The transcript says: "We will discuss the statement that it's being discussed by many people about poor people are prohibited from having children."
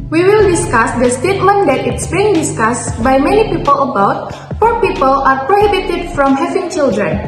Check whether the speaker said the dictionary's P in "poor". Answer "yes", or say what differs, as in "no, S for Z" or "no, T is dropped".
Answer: no, F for P